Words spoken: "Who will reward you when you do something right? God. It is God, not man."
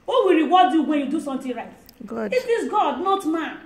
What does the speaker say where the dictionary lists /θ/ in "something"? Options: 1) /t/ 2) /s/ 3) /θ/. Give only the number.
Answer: 1